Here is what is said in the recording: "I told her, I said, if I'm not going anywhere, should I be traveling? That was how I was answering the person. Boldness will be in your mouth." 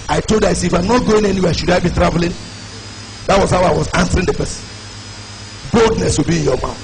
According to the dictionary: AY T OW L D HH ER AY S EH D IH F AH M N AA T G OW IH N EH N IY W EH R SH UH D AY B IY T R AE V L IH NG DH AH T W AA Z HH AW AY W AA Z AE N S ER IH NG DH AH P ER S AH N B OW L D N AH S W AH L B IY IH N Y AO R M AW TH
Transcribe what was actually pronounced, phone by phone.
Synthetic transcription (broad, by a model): AY T OW L D AY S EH IH F AH M N AA T G OW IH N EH N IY W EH SH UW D AY B IY T R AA V L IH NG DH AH T W AA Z HH AW AY W AA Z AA N S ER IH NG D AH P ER S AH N B OW L D N AH S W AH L B IY IH N Y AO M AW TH